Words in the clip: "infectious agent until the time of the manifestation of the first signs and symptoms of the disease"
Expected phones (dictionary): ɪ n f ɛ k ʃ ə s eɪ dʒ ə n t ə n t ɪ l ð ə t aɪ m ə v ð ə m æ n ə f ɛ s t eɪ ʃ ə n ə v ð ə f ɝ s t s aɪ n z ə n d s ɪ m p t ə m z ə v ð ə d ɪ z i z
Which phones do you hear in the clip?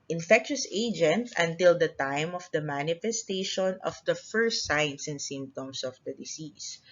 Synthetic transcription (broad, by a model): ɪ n f ɛ k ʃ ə s eɪ dʒ ə n t ə n t ɪ l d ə t aɪ m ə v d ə m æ n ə f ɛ s t eɪ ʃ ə n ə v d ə f ɝ s t s aɪ n s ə n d s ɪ m p t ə m s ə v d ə d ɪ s i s